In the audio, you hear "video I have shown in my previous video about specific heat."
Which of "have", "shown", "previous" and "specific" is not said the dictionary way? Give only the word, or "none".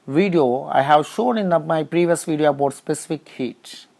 none